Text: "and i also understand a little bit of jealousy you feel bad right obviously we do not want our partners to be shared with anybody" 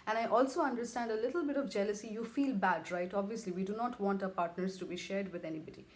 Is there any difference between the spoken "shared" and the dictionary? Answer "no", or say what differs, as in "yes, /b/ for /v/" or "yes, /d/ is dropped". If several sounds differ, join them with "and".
no